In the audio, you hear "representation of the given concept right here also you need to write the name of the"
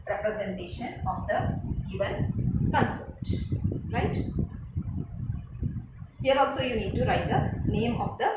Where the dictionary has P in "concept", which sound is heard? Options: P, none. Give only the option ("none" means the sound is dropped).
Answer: none